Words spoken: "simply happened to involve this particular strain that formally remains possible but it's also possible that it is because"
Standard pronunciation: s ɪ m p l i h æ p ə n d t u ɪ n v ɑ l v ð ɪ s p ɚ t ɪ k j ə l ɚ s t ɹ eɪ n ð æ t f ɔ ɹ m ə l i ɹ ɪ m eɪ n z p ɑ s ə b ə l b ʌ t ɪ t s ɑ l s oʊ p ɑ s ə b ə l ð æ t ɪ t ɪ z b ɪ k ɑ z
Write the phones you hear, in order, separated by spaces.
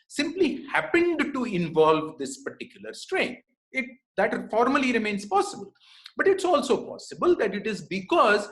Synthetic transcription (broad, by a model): s ɪ m p l i h æ p ə n d t u ɪ n v ɑ l v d ɪ s p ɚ t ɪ k j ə l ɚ s t ɹ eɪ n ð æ t f ɔ ɹ m ə l i ɹ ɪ m eɪ n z p ɑ s ə b ə l b ʌ t ɪ t s ɑ l s oʊ p ɑ s ə b ə l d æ t ɪ t ɪ z b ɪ k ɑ z